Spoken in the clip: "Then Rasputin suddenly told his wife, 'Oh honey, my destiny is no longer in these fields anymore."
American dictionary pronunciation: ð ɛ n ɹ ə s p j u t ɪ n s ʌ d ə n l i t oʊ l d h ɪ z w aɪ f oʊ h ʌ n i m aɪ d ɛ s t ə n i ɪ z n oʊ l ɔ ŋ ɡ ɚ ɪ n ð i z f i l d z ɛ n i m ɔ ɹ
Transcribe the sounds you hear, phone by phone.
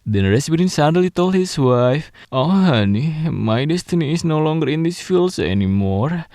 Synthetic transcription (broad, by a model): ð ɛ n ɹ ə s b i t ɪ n s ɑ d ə l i t oʊ l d h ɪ s w aɪ f oʊ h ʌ n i m aɪ d ɛ s t ə n i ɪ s n oʊ l ɔ ŋ ɡ ɚ ɪ n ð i s f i l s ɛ n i m ɔ ɹ